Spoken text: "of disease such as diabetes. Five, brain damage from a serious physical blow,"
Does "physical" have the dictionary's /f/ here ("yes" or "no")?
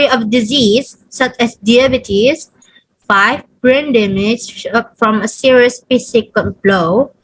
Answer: no